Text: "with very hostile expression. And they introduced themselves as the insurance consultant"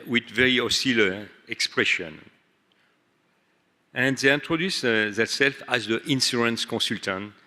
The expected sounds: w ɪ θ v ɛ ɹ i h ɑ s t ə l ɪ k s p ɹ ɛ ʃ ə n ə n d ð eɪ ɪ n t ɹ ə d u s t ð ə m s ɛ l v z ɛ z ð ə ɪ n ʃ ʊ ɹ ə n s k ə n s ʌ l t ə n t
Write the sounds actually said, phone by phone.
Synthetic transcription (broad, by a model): w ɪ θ v ɛ ɹ i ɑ s t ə l ɪ k s p ɹ ɛ ʃ ə n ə n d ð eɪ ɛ n t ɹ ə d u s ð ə s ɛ l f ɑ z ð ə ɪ n s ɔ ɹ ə n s k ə s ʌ l t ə n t